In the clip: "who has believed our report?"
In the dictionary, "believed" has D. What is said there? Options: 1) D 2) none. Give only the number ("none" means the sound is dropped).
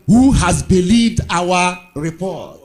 1